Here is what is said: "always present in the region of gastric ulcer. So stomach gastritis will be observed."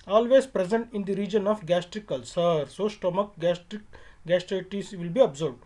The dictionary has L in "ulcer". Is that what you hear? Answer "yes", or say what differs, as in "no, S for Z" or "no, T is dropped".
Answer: yes